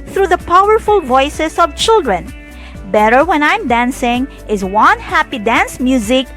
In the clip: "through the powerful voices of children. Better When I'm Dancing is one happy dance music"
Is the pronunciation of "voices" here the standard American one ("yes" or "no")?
no